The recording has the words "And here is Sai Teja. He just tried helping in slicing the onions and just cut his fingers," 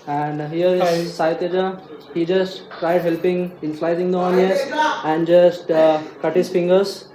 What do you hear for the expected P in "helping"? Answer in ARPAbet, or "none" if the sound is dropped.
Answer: P